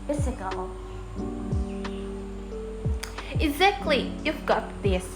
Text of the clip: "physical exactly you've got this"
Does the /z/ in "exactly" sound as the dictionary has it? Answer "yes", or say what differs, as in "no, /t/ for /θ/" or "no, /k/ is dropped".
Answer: yes